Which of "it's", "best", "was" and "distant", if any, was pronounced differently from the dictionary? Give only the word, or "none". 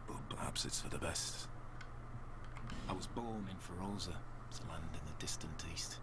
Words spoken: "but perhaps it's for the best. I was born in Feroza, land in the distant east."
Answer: none